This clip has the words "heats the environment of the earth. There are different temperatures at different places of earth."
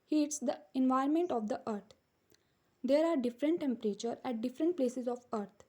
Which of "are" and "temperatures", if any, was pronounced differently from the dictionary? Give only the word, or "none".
temperatures